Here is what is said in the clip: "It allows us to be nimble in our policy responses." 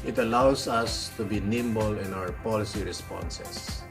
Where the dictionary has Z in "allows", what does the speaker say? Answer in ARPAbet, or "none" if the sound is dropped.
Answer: S